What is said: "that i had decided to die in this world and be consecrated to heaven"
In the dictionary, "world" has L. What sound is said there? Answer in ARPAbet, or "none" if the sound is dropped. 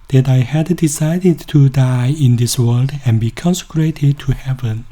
L